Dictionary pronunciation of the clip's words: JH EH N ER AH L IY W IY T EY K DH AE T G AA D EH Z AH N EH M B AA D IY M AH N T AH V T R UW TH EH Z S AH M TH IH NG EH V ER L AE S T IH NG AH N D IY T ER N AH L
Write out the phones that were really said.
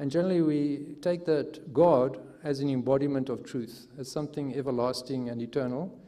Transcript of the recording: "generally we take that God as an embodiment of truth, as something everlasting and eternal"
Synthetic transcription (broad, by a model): JH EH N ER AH L IY W IY T EY K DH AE T G AA D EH Z AH N EH M B AA D IY M AH N T AH V T R UW TH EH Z S AH M TH IH NG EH V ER L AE S T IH NG AH N D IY T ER N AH L